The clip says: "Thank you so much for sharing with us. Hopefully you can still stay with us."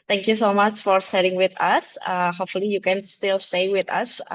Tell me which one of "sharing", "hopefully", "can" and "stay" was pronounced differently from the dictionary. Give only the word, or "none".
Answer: sharing